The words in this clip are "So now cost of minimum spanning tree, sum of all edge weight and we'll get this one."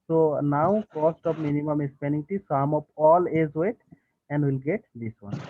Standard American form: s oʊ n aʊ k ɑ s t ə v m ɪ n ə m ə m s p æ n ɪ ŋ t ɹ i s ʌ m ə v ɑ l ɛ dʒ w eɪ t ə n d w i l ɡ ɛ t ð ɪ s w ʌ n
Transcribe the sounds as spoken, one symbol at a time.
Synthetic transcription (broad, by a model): s oʊ n aʊ k ɑ s t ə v m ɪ n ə m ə m s p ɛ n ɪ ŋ t i s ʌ m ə p ɑ l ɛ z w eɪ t ə n d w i l ɡ ɛ t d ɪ s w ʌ n